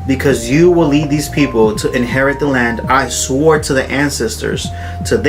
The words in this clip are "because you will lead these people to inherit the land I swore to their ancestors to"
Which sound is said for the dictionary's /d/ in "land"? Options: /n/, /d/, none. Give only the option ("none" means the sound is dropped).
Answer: /d/